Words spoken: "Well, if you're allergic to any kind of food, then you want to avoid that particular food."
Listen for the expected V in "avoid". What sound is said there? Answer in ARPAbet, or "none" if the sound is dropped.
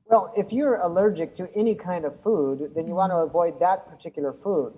V